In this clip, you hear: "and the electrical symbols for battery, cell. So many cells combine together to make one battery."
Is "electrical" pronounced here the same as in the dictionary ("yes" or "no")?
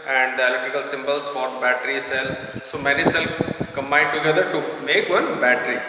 no